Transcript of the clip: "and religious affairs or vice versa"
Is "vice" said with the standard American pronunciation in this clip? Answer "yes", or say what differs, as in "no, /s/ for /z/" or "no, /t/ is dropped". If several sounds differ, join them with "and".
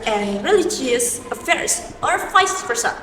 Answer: no, /f/ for /v/